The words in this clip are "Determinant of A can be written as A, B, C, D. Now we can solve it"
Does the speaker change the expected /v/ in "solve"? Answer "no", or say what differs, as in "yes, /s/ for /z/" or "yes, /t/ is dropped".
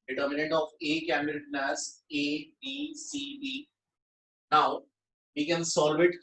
no